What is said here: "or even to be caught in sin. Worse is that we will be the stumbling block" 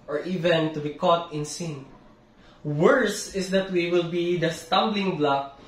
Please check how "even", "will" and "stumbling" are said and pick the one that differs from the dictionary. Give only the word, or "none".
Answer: none